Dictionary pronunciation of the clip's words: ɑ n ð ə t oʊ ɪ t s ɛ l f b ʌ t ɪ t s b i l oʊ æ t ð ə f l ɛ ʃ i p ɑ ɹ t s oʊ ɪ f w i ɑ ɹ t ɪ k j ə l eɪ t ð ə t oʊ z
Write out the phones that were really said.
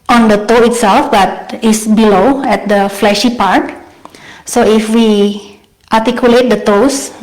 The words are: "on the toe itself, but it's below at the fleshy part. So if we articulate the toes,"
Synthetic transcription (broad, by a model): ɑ n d ə t oʊ ɪ t s ɛ l f b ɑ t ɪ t s b i l oʊ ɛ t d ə f l ɛ ʃ i p ɑ ɹ t s oʊ ɪ f w i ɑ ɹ t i k j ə l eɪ t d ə t oʊ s